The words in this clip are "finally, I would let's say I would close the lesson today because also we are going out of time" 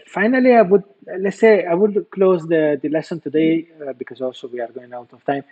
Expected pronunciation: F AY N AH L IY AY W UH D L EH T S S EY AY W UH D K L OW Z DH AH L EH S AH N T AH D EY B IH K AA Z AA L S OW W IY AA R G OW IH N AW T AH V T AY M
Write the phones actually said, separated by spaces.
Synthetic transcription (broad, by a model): F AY N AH L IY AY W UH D L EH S S EY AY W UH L K L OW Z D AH L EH S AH N T AH D EY B IH K AA Z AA S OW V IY AA R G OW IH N AW T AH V T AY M